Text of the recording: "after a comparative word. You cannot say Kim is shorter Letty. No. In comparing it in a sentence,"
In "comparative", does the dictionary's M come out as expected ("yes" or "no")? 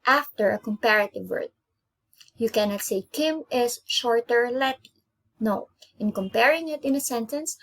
yes